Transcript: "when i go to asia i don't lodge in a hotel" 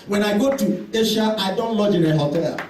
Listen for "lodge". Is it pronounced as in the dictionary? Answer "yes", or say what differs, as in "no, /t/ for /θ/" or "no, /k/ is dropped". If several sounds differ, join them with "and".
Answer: yes